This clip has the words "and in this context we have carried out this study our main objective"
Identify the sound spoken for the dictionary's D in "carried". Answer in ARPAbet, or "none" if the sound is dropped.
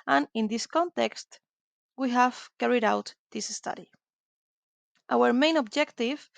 D